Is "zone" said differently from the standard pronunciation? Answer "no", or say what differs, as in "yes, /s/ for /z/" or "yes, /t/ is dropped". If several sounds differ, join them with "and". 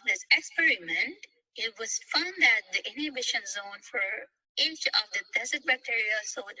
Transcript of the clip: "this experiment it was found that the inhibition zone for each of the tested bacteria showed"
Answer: no